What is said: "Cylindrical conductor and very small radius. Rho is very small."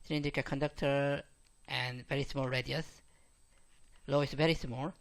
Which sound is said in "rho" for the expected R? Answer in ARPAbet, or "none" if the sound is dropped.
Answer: L